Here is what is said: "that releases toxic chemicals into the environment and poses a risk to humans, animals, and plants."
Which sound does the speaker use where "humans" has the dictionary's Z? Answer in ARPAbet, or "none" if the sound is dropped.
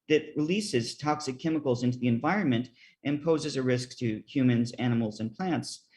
Z